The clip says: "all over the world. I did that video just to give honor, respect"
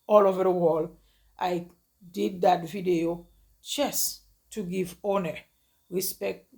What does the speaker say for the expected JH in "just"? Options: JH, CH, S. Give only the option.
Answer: CH